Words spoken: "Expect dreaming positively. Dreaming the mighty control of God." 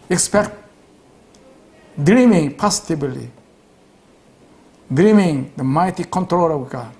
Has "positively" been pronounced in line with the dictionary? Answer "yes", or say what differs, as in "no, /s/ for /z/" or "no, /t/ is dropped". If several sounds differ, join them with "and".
no, /b/ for /v/